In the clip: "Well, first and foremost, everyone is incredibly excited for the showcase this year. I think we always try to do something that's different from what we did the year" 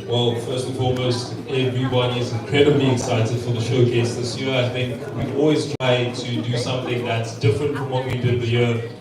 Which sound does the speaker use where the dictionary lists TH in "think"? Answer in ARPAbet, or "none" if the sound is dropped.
TH